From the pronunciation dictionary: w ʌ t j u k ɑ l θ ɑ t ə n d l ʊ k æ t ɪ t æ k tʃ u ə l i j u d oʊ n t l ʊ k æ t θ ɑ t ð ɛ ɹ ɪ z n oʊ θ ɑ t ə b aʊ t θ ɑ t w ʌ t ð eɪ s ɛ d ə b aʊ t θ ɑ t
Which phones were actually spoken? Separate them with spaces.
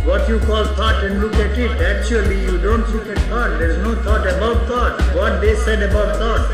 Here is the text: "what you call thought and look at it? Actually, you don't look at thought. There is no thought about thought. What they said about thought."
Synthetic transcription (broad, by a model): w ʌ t j u k ɑ l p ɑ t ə n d l ʊ k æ t ɪ t æ k tʃ u ə l i j u d oʊ n t l ʊ k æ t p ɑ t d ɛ ɹ ɪ z n oʊ t ɑ t ə b aʊ t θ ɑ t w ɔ t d eɪ s ɛ d ə b aʊ t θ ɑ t